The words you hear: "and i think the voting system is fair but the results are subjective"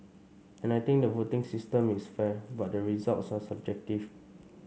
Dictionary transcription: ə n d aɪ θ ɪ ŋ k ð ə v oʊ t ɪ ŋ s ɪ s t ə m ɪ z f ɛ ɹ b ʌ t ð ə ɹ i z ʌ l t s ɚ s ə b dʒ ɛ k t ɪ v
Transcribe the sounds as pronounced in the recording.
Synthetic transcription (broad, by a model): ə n aɪ t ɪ ŋ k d ə v oʊ t ɪ ŋ s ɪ s t ə m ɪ s f ɛ b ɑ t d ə ɹ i z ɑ l t s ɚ s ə b dʒ ɛ k t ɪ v